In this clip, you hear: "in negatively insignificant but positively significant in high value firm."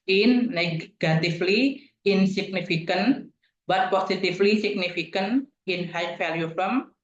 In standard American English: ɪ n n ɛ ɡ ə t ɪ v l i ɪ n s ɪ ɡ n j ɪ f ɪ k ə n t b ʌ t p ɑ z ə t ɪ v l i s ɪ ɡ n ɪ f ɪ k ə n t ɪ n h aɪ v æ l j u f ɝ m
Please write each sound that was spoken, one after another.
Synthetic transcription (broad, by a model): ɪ n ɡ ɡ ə t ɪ f l i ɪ n s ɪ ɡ n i f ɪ k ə n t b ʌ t p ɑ s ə t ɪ f l i s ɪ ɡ n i f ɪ k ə n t ɪ n h aɪ f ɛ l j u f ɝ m